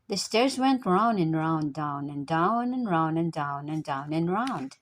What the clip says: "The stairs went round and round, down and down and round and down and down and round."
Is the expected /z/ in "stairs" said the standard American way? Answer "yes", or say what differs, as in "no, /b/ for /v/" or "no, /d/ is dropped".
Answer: yes